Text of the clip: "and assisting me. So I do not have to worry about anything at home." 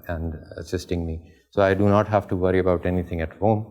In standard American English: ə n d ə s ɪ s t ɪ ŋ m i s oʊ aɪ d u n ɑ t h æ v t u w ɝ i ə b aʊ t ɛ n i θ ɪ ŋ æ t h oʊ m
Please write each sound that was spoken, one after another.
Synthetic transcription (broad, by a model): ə n d ə s ɪ s t ɪ ŋ m i s oʊ aɪ d u n ɑ t h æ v t u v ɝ i ə b aʊ t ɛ n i t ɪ ŋ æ t h oʊ m